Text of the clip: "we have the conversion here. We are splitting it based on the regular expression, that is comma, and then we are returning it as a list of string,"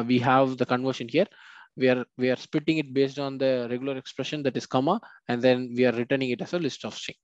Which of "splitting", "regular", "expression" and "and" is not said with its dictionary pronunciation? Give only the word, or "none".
splitting